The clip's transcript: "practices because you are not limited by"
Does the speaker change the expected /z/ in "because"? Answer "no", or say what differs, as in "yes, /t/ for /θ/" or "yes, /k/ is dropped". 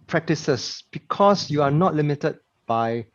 yes, /s/ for /z/